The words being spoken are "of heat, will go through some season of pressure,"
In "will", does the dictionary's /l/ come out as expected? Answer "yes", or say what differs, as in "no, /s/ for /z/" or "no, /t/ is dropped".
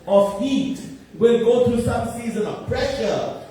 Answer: no, /n/ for /l/